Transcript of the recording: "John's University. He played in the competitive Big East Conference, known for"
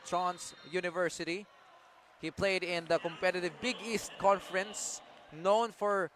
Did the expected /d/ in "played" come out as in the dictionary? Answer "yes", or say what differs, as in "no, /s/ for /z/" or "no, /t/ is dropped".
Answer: yes